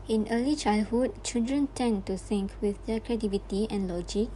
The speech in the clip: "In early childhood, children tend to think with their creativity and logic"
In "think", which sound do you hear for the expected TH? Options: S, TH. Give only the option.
S